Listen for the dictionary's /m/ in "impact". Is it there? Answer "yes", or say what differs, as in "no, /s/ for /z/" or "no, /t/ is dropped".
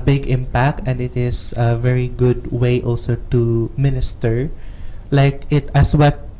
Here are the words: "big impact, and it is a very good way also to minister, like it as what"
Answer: yes